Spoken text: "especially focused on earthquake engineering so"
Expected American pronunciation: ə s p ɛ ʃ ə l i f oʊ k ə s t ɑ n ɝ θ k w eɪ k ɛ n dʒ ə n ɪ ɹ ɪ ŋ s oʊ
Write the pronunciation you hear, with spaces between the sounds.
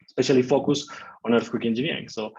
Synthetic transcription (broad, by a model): s p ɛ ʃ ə l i f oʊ k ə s ɑ n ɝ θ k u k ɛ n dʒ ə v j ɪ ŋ s oʊ